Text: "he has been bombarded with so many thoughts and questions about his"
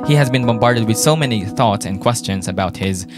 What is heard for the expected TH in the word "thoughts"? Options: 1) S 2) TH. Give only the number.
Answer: 2